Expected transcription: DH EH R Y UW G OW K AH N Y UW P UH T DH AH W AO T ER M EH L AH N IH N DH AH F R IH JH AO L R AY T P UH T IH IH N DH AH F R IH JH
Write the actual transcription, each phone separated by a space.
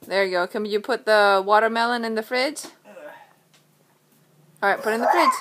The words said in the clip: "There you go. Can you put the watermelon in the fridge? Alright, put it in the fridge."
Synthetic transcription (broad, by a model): DH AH R G OW K AH N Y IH P UH T DH AH W AO T ER M EH L AH N IH N DH AH F R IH Z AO R AY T P UH T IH IH N DH AH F R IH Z